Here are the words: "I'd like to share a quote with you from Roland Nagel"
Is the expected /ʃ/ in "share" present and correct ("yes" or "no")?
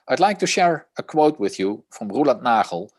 yes